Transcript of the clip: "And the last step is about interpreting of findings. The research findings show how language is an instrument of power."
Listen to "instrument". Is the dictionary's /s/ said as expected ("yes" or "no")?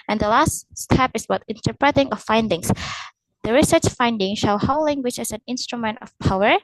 yes